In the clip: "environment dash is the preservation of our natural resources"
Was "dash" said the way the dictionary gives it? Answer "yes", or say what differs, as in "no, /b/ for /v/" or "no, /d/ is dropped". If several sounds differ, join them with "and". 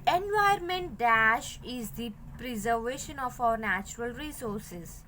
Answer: yes